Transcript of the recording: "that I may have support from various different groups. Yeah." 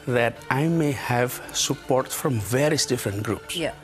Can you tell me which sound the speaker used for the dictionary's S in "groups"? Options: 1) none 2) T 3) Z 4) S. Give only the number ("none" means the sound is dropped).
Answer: 4